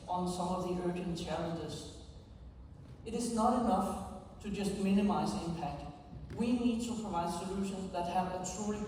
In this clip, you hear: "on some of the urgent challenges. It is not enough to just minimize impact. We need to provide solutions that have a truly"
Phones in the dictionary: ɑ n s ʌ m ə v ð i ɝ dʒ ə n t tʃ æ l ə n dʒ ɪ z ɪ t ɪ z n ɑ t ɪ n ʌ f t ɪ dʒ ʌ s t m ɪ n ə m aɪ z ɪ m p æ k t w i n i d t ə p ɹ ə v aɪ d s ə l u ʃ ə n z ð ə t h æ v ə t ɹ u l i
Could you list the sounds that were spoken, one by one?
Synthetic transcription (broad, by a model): n s ʌ m ə v ð i ɝ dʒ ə n tʃ æ l ə n dʒ ɪ z ɪ t ɪ z n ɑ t ɪ n ʌ f t ɪ dʒ ʌ s t m ɪ n ə m aɪ z ɪ m p æ k t w i n i d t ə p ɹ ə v aɪ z s ə l u ʃ ə n z ð ə t h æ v ə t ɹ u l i